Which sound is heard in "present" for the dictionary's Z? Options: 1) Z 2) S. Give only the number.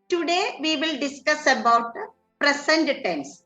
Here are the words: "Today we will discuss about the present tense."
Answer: 2